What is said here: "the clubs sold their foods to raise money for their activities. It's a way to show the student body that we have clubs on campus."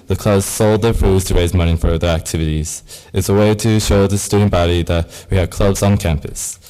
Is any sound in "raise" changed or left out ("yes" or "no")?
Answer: no